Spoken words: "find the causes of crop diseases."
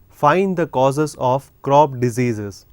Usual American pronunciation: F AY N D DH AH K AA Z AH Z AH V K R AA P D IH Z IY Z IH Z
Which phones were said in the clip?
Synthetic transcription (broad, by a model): F AY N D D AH K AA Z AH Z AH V K R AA B D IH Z IY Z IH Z